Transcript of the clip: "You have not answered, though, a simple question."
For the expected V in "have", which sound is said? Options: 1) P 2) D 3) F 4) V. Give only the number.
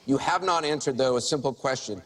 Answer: 4